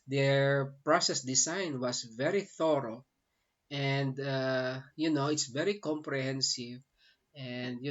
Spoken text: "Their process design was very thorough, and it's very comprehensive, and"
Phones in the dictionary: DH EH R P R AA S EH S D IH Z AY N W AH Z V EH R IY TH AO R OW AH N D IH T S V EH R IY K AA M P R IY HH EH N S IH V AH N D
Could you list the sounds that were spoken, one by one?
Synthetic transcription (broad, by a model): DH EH R P R AA S EH S D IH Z AY N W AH S V EH R IY TH AO R OW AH N D IH T S V EH R IY K AA M P R IY HH EH N S IH V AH N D